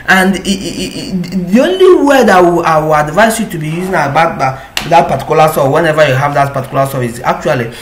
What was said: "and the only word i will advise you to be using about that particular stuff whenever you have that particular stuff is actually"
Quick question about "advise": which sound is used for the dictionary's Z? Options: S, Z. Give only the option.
S